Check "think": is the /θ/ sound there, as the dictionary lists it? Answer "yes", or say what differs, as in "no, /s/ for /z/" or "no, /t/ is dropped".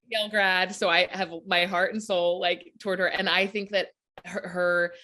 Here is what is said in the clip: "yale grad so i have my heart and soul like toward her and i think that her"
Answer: yes